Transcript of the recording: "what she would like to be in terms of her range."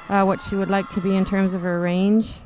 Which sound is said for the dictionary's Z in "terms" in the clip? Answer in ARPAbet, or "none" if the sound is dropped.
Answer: Z